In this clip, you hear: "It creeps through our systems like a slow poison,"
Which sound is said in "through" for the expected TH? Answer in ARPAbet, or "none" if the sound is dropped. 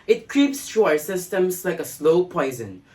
T